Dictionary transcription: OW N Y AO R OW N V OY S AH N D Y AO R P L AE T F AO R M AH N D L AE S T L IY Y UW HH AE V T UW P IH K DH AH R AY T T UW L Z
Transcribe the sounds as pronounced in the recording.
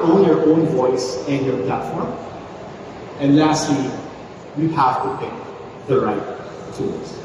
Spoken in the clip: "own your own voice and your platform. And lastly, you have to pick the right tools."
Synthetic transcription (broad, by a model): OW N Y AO R OW N V OY S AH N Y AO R P L AE T F AO R M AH N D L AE S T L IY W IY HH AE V T UW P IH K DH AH R AY T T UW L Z